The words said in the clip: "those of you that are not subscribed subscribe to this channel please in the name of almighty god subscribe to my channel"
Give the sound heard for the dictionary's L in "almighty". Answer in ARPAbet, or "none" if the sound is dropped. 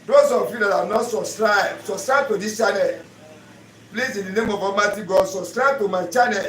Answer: none